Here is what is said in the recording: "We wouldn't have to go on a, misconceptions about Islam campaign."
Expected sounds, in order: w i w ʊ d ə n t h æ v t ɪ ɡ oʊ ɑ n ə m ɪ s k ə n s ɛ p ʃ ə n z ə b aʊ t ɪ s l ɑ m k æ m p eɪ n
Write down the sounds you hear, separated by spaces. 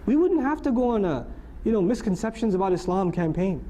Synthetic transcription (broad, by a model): w i w ʊ d n t h æ f t ɪ ɡ oʊ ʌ n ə m ɪ s k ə n s ɛ p ʃ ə n z ə b aʊ t ɪ s l ɑ m k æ m p eɪ n